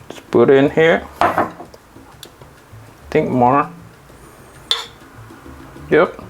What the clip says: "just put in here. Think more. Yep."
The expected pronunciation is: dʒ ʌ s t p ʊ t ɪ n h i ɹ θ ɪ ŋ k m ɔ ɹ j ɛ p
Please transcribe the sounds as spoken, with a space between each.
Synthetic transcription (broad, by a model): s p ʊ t ɪ n h i ɹ t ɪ ŋ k m ɔ ɹ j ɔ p